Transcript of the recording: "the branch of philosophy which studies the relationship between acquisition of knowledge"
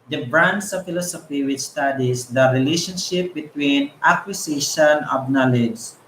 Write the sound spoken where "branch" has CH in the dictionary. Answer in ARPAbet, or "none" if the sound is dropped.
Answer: S